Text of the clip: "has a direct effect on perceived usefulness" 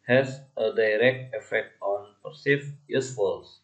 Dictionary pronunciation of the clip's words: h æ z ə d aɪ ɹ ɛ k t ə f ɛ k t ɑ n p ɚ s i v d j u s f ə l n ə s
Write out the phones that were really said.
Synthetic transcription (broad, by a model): h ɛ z ə d aɪ ɹ ɛ k t ə f ɛ k t ɑ n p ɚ s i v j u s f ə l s